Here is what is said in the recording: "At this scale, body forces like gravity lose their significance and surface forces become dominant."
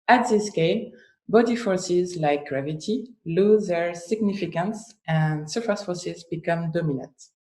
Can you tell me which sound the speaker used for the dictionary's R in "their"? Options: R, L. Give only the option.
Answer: R